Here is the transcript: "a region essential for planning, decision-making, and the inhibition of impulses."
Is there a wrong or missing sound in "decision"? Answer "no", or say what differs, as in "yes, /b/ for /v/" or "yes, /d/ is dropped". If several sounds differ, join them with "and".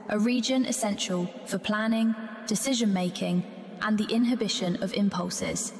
no